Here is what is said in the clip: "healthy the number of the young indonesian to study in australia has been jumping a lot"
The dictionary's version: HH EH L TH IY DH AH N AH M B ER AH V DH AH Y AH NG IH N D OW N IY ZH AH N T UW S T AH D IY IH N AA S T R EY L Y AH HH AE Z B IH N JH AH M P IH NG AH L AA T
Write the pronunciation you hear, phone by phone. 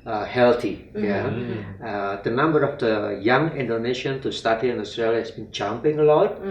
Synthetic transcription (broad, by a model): HH EH L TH IY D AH N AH M B ER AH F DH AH Y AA NG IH N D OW N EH SH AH N T UW S T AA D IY IH N AA S T R EY L Y AH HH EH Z B IH N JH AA M P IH NG AH L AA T